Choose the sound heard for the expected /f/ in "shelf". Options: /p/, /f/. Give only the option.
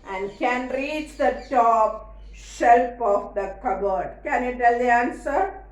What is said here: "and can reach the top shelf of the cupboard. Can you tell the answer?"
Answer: /p/